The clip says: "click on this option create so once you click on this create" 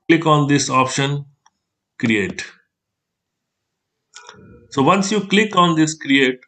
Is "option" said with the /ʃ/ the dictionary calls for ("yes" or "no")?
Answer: yes